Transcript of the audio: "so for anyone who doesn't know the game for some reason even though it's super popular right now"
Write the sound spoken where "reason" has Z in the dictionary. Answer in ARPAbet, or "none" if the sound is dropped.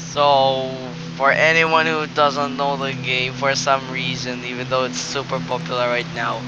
Z